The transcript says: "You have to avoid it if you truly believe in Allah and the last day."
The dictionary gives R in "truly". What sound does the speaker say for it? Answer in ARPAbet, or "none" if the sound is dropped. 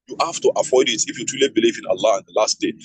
none